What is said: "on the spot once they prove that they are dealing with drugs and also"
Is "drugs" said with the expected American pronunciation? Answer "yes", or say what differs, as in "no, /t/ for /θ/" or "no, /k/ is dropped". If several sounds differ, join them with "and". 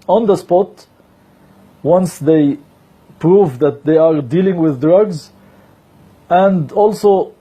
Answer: yes